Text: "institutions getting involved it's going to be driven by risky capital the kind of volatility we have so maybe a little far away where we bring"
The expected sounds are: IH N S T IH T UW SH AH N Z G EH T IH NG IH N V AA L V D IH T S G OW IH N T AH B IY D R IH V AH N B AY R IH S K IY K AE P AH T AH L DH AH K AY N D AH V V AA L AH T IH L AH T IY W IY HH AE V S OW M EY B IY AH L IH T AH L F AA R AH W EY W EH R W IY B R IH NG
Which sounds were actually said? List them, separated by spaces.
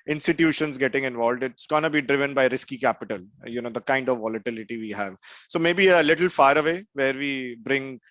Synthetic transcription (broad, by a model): IH N S T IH T UW SH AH N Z G EH T IH NG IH N V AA L D IH T S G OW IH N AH B IY D R IH V AH N B AY R IH S K IY K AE P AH T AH L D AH K AY N D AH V V AA L AH T IH L AH T IY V IY HH AE V S OW M EY B IY AH L IH T AH L F AA R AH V EY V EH R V IY B R IH NG